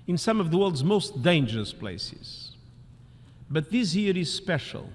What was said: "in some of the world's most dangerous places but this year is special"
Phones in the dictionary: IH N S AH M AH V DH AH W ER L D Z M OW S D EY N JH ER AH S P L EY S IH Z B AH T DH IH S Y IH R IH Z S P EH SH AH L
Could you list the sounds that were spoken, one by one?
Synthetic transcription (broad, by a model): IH N S AH M AH V DH AH W ER L D Z M OW S D EY N JH ER AH S P L EY S IH Z B AH T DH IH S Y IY R IH Z S P EH SH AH L